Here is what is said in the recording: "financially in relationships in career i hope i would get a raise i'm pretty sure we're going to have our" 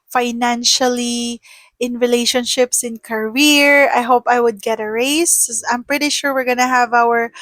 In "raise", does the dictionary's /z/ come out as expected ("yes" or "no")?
no